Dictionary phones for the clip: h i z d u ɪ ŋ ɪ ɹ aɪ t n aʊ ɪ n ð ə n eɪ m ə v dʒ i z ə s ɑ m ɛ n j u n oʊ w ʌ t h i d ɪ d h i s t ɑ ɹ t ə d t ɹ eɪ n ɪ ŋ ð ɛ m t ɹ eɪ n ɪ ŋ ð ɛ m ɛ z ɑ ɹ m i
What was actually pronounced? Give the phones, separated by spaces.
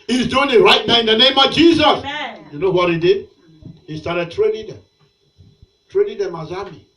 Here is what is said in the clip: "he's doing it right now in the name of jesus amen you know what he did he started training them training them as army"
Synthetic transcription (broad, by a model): h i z d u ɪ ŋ ɪ ɹ aɪ t n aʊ ɪ n ð ə n eɪ m ə v dʒ i z ə s j u n oʊ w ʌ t h i d ɪ d h i s t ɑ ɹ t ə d t ɹ eɪ n ɪ ŋ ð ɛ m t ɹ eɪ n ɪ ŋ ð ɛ m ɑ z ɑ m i